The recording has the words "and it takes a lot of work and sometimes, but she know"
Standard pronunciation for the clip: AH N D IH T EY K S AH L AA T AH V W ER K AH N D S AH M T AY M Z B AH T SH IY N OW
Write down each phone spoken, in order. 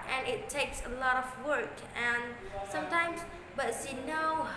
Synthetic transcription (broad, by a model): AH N IH T EY K S AH L AA T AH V W ER K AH N S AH M T AY M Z B AH T S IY N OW